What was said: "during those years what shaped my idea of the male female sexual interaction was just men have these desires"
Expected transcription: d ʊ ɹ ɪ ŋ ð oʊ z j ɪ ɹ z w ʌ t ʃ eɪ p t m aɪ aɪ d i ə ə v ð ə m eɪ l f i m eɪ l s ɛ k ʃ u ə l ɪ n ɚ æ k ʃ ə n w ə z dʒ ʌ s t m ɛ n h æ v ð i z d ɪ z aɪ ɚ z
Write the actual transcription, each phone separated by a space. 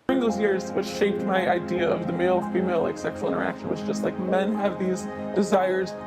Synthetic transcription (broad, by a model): ɹ ɪ ŋ ð oʊ z j ɪ ɹ z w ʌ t ʃ eɪ p t m aɪ aɪ d i ə ə v ð ə m eɪ l f i m eɪ l s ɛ k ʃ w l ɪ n ɚ æ k ʃ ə n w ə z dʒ ʌ s t m ɛ n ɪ v ð i z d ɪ z aɪ ɚ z